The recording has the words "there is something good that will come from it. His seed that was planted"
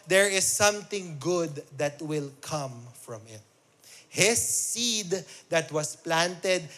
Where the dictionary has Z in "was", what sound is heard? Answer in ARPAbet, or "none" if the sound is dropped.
S